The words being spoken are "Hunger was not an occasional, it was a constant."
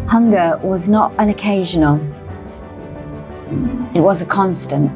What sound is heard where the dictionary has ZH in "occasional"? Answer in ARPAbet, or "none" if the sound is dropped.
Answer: ZH